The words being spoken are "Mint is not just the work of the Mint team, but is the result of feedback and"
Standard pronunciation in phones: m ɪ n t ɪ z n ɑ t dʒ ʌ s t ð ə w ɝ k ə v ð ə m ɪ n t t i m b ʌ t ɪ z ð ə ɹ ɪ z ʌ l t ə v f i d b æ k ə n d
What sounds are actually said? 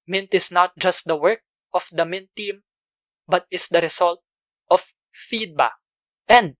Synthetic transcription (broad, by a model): m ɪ n t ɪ s n ɑ t dʒ ʌ s t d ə w ɝ k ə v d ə m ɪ n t t i m b ʌ t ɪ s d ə ɹ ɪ s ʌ l t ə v f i d b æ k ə n d